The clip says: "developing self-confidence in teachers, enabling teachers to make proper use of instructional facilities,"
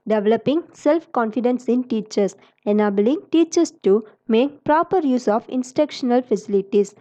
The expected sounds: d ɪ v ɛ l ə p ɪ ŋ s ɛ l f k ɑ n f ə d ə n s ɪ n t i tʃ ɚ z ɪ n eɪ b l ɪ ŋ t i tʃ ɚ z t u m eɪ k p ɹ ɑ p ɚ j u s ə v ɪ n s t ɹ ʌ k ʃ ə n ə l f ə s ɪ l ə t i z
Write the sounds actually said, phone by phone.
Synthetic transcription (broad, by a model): d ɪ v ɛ l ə p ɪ ŋ s ɛ l f k ɑ n f ə d ə n s ɪ n t i tʃ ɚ s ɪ n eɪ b l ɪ ŋ t i tʃ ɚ s t u m eɪ k p ɹ ɑ p ɚ j u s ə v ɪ n s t ɛ k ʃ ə n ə l f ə s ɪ l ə t i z